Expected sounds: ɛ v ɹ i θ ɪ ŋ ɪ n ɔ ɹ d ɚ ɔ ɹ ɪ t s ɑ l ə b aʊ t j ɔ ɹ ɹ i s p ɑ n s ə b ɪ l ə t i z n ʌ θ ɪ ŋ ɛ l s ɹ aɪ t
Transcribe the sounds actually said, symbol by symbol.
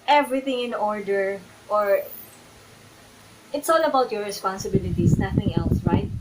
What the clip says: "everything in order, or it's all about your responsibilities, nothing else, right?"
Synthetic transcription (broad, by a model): ɛ v ɹ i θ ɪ ŋ ɪ n ɔ ɹ d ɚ ɔ ɹ ɪ t s ɑ l ə b aʊ t j ɔ ɹ ɹ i s p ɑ n s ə b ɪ l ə t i s n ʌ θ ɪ ŋ ɛ l s ɹ aɪ t